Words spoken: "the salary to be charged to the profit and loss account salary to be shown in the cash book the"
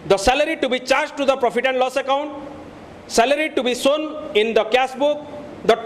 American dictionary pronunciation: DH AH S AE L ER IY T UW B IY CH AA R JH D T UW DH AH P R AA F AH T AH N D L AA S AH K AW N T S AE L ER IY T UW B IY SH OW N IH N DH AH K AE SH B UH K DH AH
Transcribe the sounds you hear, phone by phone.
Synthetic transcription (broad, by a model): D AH S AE L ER IY T UW B IY CH AA R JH T UW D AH P R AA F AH T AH N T L AA S AH K AW N T S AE L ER IY T UW B IY S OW N IH N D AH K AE S B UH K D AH